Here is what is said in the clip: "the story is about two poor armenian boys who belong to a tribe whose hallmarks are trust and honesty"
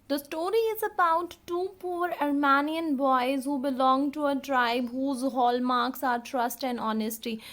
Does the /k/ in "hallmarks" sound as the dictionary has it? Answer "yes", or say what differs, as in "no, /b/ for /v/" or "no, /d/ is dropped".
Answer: yes